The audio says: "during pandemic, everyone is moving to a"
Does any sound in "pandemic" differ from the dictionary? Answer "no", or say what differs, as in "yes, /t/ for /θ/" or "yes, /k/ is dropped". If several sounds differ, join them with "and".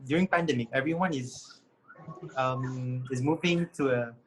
no